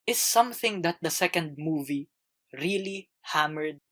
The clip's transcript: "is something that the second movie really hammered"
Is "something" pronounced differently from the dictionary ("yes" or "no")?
no